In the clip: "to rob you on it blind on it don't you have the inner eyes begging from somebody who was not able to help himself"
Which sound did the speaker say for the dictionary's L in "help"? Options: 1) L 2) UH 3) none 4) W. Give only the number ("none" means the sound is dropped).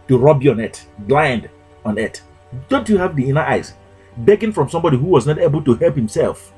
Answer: 1